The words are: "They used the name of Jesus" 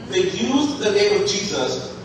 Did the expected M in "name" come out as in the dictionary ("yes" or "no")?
yes